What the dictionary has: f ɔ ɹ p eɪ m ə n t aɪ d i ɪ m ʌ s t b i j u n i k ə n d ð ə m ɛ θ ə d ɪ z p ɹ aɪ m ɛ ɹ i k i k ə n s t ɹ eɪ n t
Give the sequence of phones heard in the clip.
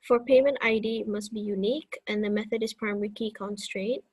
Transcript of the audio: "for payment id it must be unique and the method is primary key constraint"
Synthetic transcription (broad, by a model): f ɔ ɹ p eɪ m ə n t aɪ d i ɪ m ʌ s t b i j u n i k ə n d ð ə m ɛ θ ə d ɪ s p ɹ aɪ m ɛ ɹ i k i k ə n s t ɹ eɪ n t